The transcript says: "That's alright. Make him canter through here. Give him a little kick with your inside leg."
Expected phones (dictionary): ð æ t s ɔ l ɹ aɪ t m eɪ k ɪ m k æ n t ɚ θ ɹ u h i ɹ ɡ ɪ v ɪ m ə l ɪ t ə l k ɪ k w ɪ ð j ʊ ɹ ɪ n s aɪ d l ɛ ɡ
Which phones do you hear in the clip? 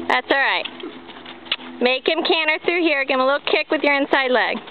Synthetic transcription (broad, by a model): ð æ t s ɔ l ɹ aɪ t m eɪ k ɪ m k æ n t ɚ θ ɹ u h i ɹ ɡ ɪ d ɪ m ə l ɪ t l k ɪ k w ɪ ð j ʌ ɹ ɪ n s aɪ d l ɛ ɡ